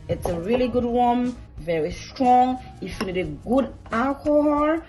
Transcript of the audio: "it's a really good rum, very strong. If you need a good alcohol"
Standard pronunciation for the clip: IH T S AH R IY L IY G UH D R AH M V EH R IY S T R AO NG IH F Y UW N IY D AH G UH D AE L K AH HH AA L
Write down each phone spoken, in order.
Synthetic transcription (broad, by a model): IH T S AH R IY L IY G UH D W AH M V EH R IY S T R AO NG IH F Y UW N IY D AH G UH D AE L K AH HH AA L